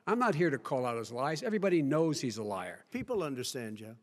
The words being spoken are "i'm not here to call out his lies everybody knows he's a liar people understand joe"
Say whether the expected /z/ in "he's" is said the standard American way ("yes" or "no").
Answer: yes